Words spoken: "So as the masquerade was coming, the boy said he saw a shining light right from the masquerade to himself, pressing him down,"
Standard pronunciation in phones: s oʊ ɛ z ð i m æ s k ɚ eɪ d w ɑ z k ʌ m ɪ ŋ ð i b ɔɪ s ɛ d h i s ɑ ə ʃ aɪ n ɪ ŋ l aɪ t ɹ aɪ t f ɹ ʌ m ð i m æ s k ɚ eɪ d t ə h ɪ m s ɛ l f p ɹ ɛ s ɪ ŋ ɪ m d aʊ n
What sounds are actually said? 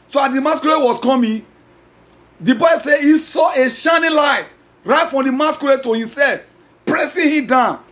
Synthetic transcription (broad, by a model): s oʊ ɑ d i m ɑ s k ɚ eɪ w ɑ s k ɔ m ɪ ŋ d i b ɔɪ s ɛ h i s ɑ ə ʃ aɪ n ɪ l aɪ t ɹ aɪ t f ɹ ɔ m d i m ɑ s k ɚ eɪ t ə h ɪ m s ɛ l f p ɹ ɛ s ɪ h ɪ m d aʊ n